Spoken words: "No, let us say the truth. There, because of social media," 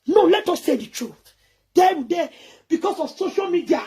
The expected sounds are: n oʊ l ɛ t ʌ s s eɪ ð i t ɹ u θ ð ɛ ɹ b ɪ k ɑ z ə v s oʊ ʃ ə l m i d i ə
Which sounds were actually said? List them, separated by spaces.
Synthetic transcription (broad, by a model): n oʊ l ɛ t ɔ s s eɪ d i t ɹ u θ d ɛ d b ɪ k ɑ s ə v s oʊ ʃ ə l m i d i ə